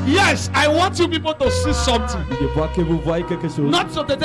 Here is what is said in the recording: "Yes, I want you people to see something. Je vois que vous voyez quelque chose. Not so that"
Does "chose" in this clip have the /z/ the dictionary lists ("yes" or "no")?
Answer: no